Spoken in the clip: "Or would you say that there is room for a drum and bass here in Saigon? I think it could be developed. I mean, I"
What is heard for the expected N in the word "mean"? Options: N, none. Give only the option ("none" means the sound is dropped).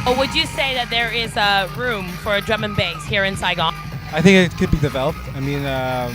N